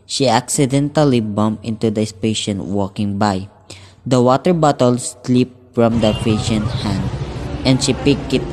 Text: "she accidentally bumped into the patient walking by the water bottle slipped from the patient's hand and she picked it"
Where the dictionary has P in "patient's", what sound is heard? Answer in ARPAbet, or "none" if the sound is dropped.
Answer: F